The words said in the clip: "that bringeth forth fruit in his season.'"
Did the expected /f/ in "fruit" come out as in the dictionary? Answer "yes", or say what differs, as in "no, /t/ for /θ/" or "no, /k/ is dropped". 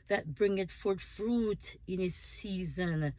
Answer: yes